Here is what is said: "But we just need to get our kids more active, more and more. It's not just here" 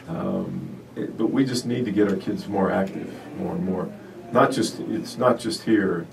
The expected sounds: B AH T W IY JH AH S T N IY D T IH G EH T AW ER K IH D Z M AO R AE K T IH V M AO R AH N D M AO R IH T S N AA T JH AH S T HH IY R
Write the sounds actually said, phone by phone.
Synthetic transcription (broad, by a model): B AH T W IY JH AH S T N IY D T IH G EH T AW ER K IH D Z M AO R AE K T IH V M AO R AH N M AO R IH T S N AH T JH AH S T HH IY R